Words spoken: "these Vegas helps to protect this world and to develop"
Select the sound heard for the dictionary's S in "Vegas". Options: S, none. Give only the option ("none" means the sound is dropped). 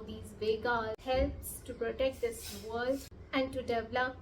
none